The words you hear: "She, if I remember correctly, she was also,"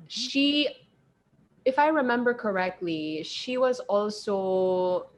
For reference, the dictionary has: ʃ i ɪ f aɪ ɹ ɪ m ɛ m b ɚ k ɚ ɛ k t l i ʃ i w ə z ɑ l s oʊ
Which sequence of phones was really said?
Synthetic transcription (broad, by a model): ʃ i ɪ f aɪ ɹ ɪ m ɛ m b ɚ k ɚ ɛ k t l i ʃ i w ə z ɑ l s oʊ